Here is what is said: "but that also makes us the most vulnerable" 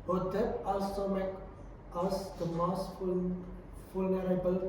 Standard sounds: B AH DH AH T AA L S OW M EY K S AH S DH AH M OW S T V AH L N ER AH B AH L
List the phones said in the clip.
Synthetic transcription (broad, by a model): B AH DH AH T AA L S OW M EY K AH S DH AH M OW S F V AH L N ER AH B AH L